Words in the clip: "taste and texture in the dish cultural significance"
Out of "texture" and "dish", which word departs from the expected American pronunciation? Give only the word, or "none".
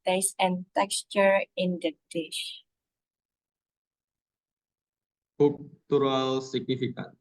none